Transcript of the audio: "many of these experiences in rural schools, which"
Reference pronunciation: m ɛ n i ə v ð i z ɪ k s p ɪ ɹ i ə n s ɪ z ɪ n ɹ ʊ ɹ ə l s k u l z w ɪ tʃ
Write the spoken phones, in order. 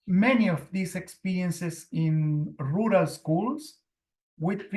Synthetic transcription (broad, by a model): m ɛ n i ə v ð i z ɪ k s p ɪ ɹ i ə n s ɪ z ɪ n ɹ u ɹ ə l s k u l s w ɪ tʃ